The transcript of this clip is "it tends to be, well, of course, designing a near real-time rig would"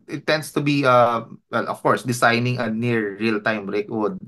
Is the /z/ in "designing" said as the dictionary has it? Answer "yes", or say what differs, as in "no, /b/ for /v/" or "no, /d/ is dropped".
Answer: no, /s/ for /z/